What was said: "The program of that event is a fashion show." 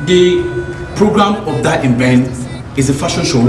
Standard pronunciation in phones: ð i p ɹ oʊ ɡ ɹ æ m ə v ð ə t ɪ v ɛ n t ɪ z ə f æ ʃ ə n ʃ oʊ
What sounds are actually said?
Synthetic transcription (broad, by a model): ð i p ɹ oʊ ɡ ɹ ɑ m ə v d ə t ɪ b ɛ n ɪ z ə f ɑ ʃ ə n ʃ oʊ